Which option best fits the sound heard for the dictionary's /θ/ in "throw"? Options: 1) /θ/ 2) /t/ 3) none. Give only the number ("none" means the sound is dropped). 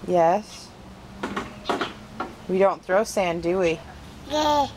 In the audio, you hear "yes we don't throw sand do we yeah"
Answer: 1